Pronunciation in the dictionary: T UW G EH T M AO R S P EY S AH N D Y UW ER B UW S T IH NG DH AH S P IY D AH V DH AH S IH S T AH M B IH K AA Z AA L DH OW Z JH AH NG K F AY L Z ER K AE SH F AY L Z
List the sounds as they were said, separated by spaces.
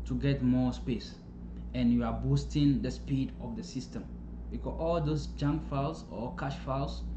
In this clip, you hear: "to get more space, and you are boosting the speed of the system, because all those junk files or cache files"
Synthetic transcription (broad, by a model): T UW G EH T M AO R S P EY S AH N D Y UW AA B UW S T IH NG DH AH S P IY D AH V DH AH S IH S T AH M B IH K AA AA L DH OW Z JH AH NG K F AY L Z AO K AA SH F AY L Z